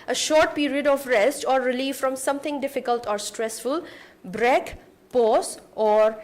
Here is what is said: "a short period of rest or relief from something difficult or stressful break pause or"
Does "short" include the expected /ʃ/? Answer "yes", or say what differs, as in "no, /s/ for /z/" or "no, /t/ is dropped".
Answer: yes